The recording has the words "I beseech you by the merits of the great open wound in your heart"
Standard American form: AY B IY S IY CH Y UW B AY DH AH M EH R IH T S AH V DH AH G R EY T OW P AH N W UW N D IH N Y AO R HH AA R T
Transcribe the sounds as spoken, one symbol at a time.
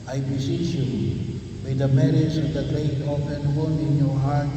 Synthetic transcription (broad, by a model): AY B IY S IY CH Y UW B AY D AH M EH R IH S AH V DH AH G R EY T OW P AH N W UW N IH N Y AO R HH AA R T